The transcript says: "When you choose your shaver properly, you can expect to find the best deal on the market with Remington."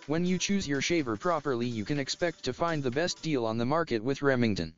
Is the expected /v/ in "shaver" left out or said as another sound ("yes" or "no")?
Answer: no